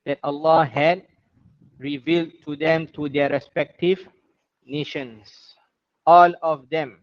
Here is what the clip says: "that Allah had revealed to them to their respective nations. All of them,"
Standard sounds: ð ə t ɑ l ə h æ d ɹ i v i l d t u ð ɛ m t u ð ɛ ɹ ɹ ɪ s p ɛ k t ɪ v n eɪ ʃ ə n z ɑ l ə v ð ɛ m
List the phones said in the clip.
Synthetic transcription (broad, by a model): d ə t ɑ l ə h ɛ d ɹ i v i l d t u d ɛ m t u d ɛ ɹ ɹ ɪ s p ɛ k t ɪ v n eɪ ʃ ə n s ɑ l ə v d ɛ m